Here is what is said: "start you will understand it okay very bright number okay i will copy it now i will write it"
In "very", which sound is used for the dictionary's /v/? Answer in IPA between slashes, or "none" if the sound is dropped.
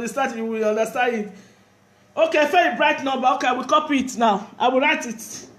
/f/